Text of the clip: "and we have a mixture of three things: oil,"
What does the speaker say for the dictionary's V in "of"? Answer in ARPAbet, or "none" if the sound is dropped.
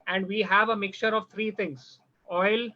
V